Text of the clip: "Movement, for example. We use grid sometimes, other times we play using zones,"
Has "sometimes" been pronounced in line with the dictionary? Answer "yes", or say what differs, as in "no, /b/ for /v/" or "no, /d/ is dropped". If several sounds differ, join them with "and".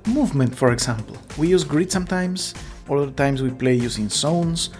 no, /s/ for /z/